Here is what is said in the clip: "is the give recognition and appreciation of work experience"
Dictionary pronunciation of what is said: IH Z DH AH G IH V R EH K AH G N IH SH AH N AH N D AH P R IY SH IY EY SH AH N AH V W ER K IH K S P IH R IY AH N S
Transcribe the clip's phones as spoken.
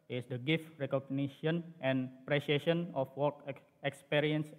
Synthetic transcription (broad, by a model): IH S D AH G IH F R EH K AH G N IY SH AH N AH N P R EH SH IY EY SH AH N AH F W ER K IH K S P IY R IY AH N S